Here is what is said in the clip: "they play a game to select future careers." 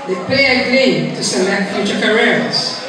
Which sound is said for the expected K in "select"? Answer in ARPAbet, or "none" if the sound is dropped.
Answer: none